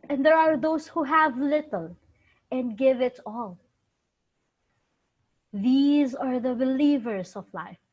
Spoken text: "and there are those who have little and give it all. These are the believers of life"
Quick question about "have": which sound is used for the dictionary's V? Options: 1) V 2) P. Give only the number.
1